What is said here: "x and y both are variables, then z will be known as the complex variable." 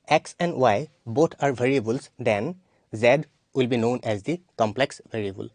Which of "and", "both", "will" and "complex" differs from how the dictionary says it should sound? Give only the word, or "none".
both